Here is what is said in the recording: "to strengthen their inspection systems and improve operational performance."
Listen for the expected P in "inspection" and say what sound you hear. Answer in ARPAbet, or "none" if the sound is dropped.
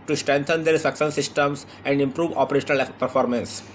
none